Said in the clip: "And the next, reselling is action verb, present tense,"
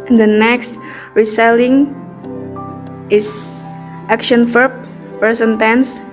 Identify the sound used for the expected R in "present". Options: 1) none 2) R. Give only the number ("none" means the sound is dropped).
1